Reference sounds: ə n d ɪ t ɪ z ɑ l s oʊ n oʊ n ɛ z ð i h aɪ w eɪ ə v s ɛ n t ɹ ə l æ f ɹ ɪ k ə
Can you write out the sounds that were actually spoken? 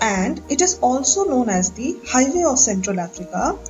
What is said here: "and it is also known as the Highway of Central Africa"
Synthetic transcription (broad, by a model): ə n d ɪ t ɪ z ɑ l s oʊ n oʊ n ɛ z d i h aɪ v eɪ ə v s ɛ n t ɹ ə l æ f ɹ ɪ k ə